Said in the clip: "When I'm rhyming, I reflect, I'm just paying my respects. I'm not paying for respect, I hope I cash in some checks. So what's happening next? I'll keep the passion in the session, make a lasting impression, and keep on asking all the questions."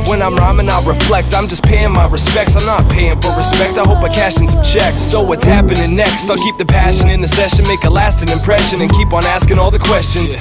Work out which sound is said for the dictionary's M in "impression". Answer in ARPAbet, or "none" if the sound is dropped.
M